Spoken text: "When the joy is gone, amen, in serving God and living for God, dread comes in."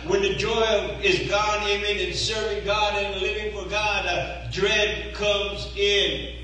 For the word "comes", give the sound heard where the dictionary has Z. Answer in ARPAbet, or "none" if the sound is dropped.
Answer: Z